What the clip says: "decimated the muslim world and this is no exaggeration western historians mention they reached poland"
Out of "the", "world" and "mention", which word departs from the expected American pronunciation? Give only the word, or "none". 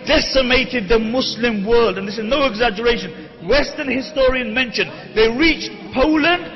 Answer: none